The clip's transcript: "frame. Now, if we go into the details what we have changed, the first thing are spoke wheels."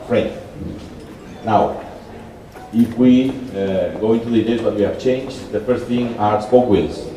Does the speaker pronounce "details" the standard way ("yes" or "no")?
no